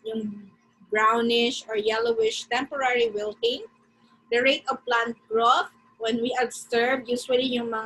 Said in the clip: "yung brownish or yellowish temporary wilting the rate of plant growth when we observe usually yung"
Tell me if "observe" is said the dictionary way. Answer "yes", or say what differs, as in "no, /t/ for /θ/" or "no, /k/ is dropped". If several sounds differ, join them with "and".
no, /s/ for /z/